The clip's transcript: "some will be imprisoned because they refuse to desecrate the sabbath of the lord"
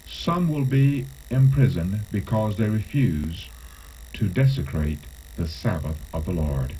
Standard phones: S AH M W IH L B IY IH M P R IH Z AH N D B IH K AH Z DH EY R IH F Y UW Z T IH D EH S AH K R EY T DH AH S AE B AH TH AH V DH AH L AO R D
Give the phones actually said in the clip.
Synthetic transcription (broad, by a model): S AH M W IH L B IY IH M P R IH Z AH N B IH K AH Z DH EY R IH F Y UW Z T IH D EH S AH K R EY T DH AH S AE B AH TH AH V DH AH L AO R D